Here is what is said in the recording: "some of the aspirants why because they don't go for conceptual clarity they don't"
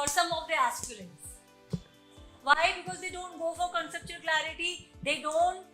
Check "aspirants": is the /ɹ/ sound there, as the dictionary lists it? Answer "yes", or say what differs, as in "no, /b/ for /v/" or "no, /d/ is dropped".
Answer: no, /l/ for /ɹ/